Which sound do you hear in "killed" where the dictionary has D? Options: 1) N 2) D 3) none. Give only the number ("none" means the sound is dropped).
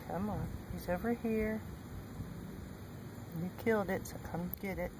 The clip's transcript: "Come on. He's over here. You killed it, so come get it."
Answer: 2